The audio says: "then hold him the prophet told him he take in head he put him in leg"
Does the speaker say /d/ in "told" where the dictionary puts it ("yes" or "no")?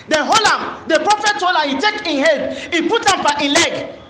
no